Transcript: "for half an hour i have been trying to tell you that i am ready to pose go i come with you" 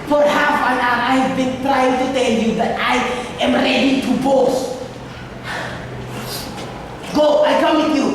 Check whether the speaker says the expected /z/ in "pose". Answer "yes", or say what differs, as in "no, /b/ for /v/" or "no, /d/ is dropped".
no, /s/ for /z/